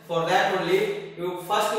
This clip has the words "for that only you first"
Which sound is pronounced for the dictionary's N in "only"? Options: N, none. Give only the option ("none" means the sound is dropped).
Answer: none